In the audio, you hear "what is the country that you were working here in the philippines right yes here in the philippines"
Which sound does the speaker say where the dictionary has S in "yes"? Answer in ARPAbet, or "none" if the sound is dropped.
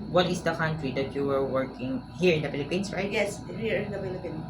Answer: S